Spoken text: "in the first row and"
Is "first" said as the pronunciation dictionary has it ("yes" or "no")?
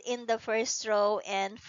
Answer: yes